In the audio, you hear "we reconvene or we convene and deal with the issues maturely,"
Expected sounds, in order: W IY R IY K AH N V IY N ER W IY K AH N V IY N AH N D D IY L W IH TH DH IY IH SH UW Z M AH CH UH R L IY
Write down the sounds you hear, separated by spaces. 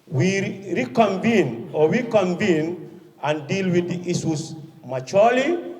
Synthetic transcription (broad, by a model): W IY R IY K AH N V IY N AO W IY K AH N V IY N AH N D D IY L W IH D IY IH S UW S M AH CH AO L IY